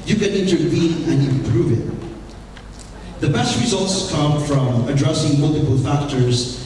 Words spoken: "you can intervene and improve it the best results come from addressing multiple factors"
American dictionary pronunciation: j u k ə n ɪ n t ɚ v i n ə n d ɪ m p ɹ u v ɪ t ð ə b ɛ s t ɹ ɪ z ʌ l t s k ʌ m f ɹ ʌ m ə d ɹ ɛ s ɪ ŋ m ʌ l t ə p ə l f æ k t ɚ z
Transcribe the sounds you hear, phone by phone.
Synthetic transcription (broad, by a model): j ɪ k ə n ɪ n t ɚ v i n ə n ɪ m p ɹ u v ɪ t ð ə b ɛ s t ɹ ɪ z ʌ l t s k ʌ m f ɹ ʌ m ə d ɹ ɛ s ɪ ŋ m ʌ l t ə p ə l f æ k t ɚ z